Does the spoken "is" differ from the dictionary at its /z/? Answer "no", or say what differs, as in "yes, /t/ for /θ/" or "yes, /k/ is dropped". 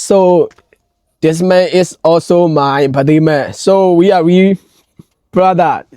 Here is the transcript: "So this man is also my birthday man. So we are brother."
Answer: yes, /s/ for /z/